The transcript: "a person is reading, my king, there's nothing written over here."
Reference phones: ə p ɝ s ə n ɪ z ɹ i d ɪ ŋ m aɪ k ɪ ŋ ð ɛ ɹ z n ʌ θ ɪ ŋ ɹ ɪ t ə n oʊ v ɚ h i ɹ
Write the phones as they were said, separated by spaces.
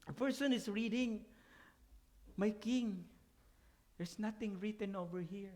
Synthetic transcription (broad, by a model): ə f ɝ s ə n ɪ s ɹ i d ɪ ŋ m aɪ k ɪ ŋ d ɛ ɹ s n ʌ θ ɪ ŋ ɹ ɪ t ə n oʊ v ɚ h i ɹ